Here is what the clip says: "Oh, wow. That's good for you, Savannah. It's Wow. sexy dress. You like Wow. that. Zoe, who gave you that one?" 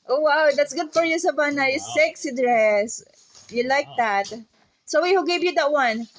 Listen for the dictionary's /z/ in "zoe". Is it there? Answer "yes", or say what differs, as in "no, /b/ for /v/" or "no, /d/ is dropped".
no, /s/ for /z/